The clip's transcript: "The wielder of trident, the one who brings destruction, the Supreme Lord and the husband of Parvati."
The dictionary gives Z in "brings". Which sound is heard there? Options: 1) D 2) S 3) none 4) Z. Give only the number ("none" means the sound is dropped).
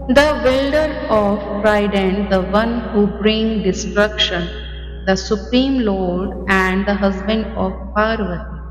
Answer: 3